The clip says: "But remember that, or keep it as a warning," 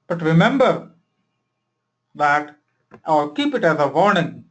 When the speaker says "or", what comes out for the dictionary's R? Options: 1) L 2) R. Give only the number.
1